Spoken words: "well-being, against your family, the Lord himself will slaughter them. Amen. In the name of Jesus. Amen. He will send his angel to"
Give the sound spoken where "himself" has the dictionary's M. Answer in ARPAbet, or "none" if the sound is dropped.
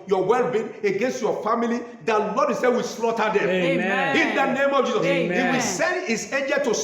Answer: none